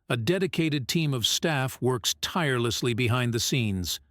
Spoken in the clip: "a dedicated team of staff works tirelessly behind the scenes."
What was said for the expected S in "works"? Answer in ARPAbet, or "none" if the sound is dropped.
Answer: S